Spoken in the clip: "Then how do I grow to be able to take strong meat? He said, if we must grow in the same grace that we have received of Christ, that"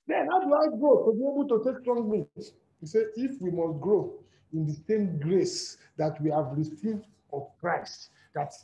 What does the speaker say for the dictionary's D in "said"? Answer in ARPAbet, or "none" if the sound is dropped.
none